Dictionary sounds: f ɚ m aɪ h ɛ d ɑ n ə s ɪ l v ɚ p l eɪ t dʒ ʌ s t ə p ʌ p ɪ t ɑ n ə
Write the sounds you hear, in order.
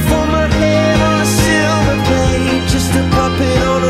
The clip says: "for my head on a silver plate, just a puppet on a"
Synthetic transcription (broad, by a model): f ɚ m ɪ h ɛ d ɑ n ə s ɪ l ɚ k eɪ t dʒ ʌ s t ə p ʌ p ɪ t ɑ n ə